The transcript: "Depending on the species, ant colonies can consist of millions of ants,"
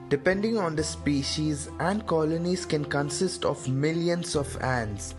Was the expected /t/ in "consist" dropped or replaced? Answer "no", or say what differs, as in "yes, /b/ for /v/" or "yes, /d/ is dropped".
no